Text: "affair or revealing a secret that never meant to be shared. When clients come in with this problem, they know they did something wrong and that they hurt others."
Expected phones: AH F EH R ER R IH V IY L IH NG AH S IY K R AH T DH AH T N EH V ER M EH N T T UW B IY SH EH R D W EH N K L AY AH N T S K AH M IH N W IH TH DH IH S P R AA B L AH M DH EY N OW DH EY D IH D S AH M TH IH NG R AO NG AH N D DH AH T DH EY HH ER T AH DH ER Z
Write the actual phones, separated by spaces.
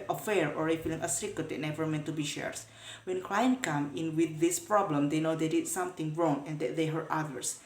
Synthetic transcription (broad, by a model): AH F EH R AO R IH F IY L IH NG AH S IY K AH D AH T N EH V ER M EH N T T UW B IY SH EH R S W EH N K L AY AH N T K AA M IH N W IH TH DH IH S P R AA B L AH M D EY N OW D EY D IH D S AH M T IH NG R AO NG AH N D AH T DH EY HH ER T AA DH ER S